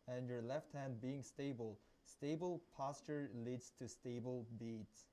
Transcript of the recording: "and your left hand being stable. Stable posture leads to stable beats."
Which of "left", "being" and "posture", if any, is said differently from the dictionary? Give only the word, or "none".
none